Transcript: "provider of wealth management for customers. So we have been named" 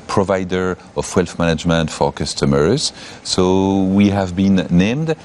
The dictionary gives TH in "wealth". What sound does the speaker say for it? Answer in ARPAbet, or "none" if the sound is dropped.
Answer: F